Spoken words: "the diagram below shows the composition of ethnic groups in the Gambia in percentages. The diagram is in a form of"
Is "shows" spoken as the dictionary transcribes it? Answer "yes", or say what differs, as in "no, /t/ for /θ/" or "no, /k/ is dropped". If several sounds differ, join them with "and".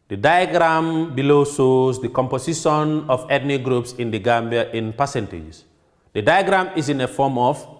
no, /s/ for /ʃ/